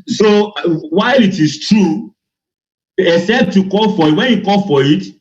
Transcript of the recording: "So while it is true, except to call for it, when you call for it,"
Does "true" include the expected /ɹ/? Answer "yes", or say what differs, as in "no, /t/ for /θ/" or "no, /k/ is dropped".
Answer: yes